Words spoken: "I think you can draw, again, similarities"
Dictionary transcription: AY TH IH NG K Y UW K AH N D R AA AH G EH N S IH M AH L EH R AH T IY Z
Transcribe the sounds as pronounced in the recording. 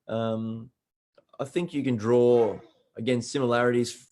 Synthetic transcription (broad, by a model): AY TH IH NG K Y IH K AH N D R AA AH G EH N S IH M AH L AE R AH T IY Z